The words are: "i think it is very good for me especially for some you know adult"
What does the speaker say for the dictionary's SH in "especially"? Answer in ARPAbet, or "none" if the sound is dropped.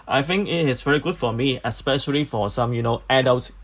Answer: SH